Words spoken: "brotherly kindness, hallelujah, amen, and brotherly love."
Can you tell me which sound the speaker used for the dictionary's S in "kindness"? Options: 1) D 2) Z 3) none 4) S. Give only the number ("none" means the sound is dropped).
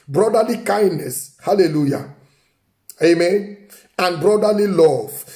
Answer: 4